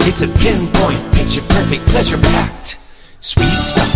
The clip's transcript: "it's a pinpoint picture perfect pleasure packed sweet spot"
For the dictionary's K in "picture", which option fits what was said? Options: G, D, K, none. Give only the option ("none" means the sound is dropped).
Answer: none